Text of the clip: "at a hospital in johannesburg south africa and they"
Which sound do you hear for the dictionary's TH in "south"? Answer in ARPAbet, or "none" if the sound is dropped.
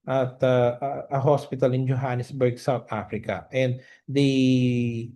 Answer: T